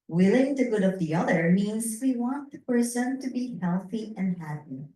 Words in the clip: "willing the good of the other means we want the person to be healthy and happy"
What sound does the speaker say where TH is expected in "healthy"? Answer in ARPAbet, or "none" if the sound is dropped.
TH